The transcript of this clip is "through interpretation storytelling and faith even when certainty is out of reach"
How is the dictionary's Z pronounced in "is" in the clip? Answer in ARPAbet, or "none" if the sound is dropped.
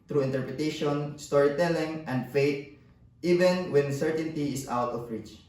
S